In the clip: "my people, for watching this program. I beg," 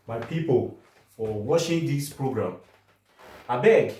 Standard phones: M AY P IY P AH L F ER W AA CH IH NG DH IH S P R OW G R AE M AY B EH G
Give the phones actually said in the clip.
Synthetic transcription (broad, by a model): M AY P IY P AH L F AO W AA SH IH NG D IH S P R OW G R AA M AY B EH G